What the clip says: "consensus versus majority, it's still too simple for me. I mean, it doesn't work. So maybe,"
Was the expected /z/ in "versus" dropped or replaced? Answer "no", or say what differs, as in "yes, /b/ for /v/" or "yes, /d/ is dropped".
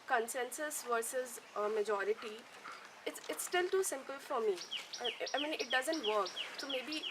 no